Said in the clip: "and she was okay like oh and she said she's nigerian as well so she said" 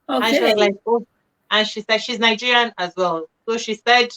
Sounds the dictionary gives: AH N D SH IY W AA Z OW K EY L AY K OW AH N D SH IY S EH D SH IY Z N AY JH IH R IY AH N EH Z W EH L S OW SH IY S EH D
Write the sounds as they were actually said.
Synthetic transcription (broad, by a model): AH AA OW L AY K OW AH N SH IY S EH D SH IY Z N AY JH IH R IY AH N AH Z W EH L S OW SH IY S EH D